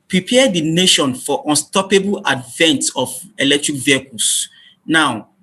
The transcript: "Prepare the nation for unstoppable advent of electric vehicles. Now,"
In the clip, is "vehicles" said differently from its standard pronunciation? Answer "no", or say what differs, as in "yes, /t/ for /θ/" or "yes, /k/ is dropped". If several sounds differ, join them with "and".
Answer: yes, /s/ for /z/